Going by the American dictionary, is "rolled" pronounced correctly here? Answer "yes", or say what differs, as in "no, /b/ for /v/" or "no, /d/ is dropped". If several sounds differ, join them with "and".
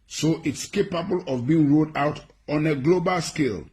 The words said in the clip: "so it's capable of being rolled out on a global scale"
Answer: no, /l/ is dropped